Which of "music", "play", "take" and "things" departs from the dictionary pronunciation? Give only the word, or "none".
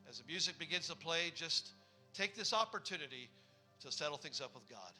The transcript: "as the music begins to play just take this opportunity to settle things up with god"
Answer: none